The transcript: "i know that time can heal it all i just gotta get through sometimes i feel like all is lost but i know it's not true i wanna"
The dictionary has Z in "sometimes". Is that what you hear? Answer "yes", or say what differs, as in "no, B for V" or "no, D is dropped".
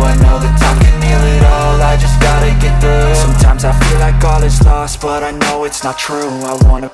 yes